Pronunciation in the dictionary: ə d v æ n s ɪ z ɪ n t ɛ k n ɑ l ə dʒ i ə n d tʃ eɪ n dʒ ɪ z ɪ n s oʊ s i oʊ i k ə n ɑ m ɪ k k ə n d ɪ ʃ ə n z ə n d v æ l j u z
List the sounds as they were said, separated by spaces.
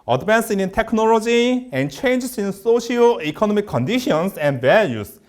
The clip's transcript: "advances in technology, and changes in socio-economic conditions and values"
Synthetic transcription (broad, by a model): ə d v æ n s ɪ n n t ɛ k n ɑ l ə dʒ i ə n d tʃ eɪ n dʒ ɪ s ɪ n s oʊ ʃ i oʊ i k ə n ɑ m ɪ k k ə n d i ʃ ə n s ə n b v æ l j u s